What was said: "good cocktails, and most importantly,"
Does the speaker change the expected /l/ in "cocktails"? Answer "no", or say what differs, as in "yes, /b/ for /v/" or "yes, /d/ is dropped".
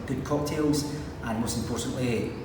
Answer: no